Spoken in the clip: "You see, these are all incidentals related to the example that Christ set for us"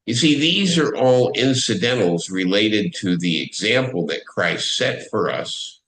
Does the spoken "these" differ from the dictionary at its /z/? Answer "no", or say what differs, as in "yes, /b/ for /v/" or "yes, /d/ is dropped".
no